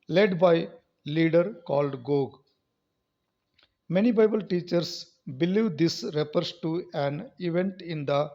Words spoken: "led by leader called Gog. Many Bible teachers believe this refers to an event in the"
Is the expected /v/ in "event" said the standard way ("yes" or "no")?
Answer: yes